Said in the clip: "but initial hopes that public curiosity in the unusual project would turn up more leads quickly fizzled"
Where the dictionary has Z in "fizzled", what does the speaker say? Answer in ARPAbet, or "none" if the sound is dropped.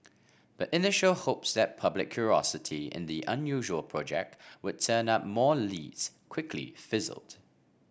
Z